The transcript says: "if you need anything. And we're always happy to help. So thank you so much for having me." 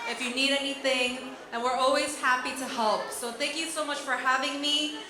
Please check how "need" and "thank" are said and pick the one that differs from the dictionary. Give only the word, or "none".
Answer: none